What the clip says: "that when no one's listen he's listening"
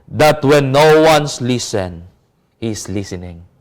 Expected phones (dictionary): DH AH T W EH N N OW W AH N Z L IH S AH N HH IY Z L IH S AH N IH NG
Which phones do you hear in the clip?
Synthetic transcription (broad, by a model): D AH T W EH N N OW W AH N S L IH S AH N HH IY S L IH S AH N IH NG